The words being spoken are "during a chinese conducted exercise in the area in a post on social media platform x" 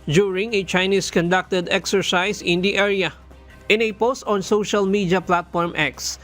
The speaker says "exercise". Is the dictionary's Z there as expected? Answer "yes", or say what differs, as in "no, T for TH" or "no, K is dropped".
no, S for Z